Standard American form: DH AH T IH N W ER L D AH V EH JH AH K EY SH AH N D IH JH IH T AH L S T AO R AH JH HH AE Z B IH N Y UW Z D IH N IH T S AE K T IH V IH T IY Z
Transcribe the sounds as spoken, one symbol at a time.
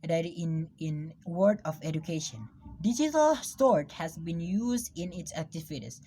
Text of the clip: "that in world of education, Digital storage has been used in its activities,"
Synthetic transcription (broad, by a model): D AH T IH N W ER D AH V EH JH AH K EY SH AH N D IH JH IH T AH L S T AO R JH HH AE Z B IH N Y UW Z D IH N IH T S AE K T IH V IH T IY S